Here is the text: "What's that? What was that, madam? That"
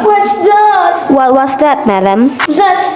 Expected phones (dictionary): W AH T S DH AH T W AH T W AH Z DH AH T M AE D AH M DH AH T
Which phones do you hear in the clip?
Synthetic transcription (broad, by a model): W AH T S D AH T W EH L W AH S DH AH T M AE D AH M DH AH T